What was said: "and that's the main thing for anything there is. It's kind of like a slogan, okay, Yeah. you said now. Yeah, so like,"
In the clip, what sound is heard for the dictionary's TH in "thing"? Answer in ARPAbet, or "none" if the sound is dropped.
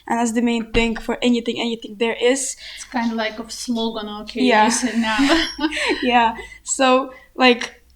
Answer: TH